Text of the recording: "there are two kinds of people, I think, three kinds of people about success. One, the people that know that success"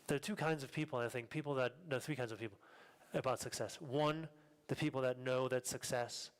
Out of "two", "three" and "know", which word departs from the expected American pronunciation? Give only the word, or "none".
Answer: none